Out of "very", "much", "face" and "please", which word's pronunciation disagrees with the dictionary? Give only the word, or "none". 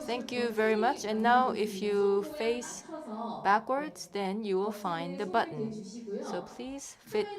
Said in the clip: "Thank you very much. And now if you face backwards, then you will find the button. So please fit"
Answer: none